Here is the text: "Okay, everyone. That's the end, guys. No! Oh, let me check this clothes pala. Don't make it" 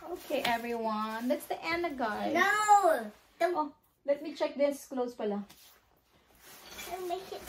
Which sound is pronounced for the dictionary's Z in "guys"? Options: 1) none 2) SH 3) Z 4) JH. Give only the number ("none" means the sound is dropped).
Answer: 1